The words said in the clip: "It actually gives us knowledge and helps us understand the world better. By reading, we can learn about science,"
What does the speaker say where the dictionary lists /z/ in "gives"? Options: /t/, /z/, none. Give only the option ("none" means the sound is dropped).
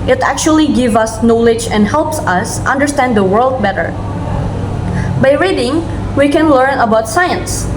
none